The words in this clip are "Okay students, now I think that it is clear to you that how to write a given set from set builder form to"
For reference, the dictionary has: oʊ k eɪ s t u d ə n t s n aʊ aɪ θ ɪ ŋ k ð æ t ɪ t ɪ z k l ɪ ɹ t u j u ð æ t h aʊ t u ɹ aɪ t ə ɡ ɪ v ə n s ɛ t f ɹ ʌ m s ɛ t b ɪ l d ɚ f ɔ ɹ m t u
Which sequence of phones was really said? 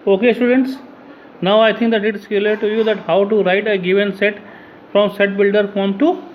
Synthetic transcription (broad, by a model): oʊ k eɪ s t u d ə n t s n aʊ aɪ t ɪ ŋ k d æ t ɪ t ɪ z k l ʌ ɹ t u j u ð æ t h aʊ t u ɹ aɪ t ə ɡ ɪ v ə n s ɛ t f ɹ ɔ m s ɛ t b ɪ l d ɚ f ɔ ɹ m t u